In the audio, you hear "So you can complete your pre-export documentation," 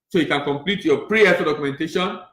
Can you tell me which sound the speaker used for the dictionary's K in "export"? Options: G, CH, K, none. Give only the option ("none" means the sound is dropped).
none